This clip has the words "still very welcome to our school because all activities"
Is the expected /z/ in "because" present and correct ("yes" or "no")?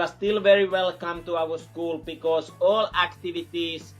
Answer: no